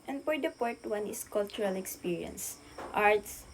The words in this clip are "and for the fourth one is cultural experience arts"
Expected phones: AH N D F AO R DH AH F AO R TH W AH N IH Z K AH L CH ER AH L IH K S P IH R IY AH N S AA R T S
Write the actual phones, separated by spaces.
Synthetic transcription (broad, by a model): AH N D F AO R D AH P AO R T W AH N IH S K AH L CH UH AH L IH K S P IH R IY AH N S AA R T S